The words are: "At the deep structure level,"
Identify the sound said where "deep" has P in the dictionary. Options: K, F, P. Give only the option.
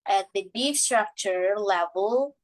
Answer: F